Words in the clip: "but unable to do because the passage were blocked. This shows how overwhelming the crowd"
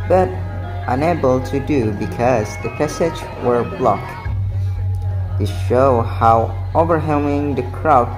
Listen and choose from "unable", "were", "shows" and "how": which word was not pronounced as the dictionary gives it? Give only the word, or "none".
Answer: shows